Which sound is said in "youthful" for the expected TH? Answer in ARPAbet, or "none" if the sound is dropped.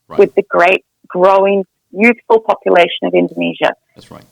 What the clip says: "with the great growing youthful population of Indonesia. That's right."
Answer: TH